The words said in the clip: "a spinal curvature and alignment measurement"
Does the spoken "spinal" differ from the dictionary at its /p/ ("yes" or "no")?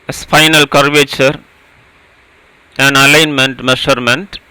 yes